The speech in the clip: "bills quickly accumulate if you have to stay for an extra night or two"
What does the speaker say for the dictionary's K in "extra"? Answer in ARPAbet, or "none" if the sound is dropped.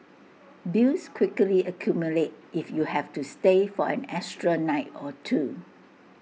none